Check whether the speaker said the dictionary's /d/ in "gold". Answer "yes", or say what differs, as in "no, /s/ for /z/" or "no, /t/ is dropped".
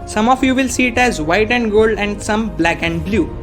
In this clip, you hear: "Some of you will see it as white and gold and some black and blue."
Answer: yes